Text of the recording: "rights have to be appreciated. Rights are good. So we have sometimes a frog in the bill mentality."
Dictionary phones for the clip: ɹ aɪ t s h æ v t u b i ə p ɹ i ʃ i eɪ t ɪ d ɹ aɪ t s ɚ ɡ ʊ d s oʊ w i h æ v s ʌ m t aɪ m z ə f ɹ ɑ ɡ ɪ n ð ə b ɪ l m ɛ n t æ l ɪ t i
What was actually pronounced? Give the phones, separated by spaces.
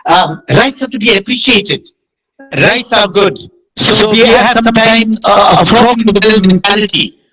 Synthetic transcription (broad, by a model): ɹ aɪ t s h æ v t u b i ə p ɹ i ʃ i eɪ t ɪ d ɹ aɪ t s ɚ ɡ ʊ d s oʊ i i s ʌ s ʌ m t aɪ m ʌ ə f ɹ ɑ ɪ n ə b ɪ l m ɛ n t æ l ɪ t i